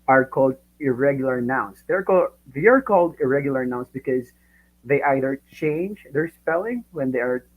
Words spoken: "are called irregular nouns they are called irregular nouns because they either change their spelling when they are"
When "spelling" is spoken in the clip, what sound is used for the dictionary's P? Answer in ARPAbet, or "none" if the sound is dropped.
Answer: P